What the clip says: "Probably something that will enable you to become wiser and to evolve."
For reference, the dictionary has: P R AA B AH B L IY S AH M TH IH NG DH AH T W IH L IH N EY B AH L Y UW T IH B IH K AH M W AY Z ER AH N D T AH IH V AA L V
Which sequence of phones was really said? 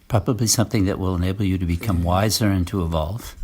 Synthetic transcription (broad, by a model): P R AA B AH B L IY S AH M TH IH NG DH AH T W IH L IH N EY B L Y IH T IH B IH K AH M W AY Z ER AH N T AH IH V AA L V